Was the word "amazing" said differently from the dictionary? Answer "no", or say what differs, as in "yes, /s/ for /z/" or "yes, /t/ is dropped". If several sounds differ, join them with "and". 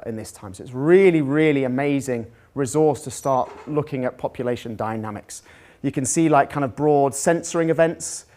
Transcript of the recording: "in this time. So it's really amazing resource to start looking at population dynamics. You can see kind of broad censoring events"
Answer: no